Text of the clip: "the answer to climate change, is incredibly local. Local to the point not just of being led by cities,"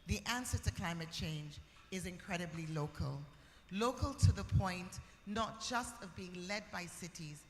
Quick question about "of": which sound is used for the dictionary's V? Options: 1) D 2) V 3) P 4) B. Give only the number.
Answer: 2